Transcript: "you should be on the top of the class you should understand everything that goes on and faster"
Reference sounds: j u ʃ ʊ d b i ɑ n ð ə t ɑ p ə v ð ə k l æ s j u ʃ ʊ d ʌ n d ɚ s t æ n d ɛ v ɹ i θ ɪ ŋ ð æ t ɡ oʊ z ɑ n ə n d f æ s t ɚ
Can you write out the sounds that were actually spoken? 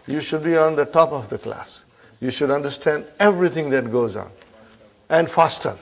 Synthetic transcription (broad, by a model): j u ʃ ʊ d b i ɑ n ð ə t ɑ p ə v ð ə k l æ s j u ʃ ʊ d ʌ n d ɚ s t æ n d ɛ v ɹ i t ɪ ŋ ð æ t ɡ oʊ z ɑ n ə n d f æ s t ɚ